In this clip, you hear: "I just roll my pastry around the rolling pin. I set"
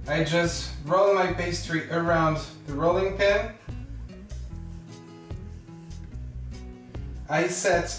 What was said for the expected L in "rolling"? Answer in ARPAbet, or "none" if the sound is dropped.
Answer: L